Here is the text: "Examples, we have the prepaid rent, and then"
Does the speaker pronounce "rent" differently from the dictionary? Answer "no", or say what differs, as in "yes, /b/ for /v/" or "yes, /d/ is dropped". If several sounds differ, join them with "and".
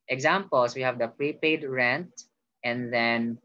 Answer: no